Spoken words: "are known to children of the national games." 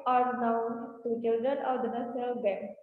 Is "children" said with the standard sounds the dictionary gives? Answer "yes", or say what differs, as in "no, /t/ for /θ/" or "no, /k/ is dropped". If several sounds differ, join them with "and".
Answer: yes